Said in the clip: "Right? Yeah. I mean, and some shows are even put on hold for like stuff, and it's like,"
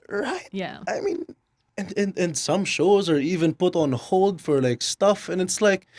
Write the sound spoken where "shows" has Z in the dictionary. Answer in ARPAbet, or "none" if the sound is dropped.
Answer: Z